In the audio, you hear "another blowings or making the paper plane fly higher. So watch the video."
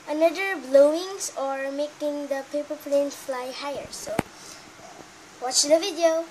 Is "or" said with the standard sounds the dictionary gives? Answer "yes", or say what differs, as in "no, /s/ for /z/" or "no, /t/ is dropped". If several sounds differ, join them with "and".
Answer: yes